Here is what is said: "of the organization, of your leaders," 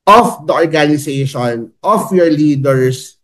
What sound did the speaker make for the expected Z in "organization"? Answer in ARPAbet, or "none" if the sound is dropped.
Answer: S